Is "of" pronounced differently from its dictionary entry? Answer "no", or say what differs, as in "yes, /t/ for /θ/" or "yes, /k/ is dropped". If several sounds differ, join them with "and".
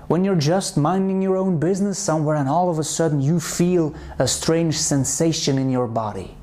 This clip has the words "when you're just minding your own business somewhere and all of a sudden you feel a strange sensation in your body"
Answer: no